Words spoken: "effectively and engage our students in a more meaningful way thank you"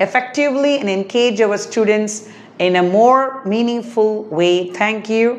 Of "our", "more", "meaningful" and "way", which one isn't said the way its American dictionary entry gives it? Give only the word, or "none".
our